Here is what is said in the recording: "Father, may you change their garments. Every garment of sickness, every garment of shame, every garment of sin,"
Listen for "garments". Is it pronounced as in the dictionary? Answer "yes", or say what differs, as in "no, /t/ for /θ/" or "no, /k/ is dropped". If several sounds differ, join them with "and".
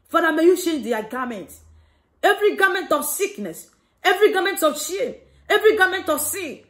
no, /s/ is dropped